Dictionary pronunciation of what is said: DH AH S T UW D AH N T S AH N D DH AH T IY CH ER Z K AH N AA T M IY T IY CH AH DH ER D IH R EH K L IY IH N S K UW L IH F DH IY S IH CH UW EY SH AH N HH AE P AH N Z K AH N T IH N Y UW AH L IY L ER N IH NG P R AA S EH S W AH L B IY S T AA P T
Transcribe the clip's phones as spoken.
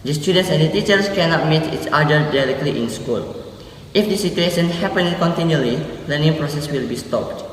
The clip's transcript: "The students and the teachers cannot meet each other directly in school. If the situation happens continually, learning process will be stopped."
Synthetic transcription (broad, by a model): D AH S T UW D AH N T S AH N D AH T IY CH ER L K AH N AA T M IY T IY S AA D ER D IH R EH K L IY IH N S K UW L IH F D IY S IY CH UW EY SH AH N HH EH P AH N K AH N T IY N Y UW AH L IY L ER N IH NG P R AA S EH S W AH L B IY S T AA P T